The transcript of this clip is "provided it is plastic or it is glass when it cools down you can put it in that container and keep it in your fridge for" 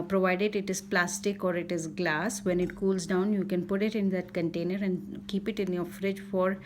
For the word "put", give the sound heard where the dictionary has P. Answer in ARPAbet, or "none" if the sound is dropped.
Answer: P